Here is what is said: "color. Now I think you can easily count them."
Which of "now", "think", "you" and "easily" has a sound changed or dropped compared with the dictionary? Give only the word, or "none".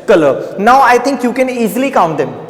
think